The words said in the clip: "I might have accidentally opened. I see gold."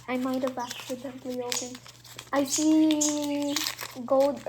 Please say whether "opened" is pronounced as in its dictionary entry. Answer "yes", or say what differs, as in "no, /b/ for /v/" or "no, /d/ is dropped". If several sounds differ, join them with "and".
no, /d/ is dropped